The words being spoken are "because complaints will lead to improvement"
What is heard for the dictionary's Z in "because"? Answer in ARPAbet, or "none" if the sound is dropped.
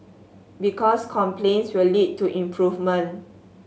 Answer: S